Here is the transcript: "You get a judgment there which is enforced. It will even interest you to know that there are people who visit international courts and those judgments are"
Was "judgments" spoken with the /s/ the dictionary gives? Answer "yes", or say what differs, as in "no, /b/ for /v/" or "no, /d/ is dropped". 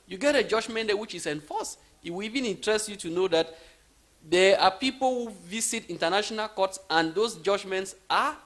yes